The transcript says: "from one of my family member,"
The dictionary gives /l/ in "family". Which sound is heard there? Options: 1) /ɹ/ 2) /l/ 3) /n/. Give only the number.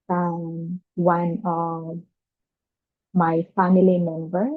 2